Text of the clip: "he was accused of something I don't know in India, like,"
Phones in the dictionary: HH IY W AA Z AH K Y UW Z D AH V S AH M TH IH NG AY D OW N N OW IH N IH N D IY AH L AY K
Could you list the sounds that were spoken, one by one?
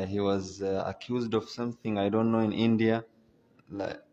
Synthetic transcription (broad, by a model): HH IY W AA Z AH K Y UW Z D AH V S AH M TH IH NG AY D OW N N OW IH N IH N D IY AH L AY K